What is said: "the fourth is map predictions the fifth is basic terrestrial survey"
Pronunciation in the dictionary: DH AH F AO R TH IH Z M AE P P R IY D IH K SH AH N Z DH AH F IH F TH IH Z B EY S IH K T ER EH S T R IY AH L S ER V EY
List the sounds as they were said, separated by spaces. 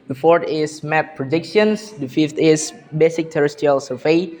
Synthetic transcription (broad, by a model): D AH F AO R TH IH S M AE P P R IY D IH K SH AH N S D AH F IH F T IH S B EY S IH K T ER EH S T IY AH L S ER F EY